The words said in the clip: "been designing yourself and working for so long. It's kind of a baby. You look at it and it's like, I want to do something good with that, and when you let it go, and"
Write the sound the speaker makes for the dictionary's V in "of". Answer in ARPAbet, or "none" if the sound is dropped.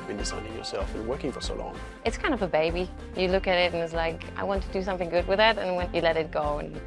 V